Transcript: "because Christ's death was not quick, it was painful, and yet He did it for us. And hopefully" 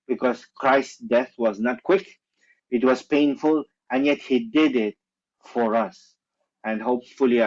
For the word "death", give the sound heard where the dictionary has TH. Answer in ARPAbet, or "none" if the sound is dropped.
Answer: TH